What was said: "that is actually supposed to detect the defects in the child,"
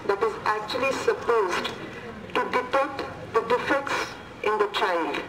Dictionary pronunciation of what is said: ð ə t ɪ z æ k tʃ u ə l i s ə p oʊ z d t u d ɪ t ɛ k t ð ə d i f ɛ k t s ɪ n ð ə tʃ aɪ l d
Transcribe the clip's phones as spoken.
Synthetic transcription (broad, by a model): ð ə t ɪ z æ k tʃ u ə l i s ə p oʊ z d t u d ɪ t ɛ t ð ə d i f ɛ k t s ɪ n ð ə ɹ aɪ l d